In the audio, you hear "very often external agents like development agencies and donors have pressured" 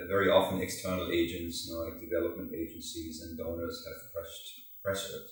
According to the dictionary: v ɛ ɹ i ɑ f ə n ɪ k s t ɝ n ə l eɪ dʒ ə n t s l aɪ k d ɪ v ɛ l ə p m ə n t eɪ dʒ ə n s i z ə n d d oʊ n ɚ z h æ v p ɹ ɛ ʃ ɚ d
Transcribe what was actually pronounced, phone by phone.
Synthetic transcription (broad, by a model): v ɛ ɹ i ɑ f ə n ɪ k s t ɝ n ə l eɪ dʒ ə n t s l aɪ k d ɪ v ɛ l ə p m ə n t eɪ dʒ ə n s i z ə n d d oʊ n ɚ z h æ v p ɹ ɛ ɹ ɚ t